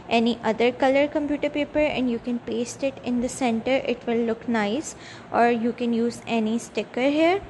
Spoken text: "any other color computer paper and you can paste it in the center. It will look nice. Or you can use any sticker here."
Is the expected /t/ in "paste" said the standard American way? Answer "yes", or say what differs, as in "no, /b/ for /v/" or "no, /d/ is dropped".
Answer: yes